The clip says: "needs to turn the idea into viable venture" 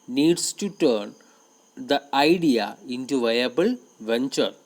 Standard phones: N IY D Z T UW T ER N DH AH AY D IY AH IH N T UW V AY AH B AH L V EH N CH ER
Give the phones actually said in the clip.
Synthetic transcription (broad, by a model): N IY D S T UW T ER N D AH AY D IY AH IH N T UW V AY AH B AH L V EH N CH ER